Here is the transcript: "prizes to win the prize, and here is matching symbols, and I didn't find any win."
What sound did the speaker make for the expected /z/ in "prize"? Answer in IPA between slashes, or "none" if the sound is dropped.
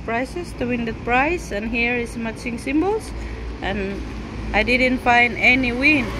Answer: /s/